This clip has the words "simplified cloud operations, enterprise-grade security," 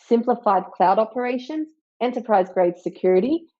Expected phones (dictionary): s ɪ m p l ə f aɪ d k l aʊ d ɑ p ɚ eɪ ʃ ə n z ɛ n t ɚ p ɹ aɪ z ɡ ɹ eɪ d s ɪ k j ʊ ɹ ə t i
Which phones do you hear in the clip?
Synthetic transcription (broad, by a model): s ɪ m p l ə f aɪ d k l aʊ d ɑ p ɚ eɪ ʃ ə n z ɛ n t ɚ p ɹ aɪ z ɡ ɹ eɪ d s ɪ k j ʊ ɹ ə t i